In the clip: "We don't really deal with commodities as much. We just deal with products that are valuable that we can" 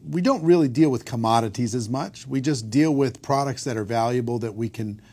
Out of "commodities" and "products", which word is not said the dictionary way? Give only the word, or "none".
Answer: none